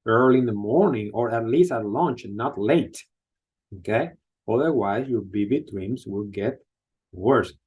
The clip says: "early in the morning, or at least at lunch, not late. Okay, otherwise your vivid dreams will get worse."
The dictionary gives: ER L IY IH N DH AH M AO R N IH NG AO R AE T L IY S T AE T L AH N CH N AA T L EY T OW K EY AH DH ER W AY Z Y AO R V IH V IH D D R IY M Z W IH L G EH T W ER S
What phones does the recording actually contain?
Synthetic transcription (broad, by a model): ER L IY IH N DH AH M AO R N IH NG AO R AE T L IY S T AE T L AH N CH N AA T L EY T OW K EY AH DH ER W AY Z Y AO R B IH B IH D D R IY M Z W IH L G EH T W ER S